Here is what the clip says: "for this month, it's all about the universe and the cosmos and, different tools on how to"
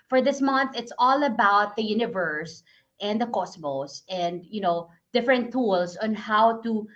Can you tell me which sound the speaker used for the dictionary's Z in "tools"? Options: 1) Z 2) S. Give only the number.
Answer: 2